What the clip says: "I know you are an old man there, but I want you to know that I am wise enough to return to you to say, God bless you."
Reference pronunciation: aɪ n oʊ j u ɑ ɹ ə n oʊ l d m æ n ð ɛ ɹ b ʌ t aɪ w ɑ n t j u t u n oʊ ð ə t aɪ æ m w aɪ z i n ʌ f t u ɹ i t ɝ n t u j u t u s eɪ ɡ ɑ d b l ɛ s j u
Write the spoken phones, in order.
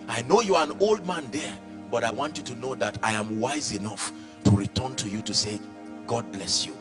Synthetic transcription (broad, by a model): aɪ n oʊ j u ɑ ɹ ə n oʊ l d m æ n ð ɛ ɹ b ʌ t aɪ w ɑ n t j u t u n oʊ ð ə t aɪ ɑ m w aɪ z i n ʌ f t u ɹ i t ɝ n t u j u t u s eɪ ɡ ɑ d b l ɛ s j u